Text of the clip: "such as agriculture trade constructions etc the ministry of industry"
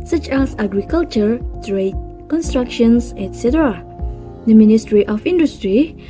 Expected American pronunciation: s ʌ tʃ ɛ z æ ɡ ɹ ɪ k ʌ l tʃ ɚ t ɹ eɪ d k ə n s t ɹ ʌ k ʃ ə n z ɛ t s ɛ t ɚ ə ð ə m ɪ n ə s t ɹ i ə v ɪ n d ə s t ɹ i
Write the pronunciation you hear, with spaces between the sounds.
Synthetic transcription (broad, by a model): s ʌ tʃ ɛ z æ ɡ ɹ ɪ k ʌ l tʃ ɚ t ɹ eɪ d k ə n s t ɹ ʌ k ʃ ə n s ɛ t s ɛ t ɚ ə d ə m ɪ n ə s t ɹ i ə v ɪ n d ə s t ɹ i